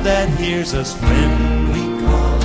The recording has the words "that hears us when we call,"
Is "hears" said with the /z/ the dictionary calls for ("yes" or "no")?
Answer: yes